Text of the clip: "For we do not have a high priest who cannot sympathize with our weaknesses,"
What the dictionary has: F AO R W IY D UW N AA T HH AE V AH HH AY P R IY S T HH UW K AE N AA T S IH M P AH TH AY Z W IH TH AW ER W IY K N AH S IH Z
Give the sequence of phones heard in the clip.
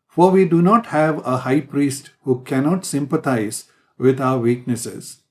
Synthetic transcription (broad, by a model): F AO R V IY D UW N AA T HH AE V AH HH AY P R IY S T HH UW K AE N AA T S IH M P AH T AY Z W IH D AW ER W IY K N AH S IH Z